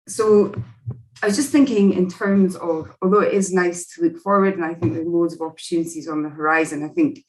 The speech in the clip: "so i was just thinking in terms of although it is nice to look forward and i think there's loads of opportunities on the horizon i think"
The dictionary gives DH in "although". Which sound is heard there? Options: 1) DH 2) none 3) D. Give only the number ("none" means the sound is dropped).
1